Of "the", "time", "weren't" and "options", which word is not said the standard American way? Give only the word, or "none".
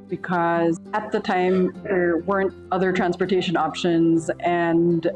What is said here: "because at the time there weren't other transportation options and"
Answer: none